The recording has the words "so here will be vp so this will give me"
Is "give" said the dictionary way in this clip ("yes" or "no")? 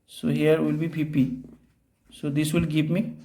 no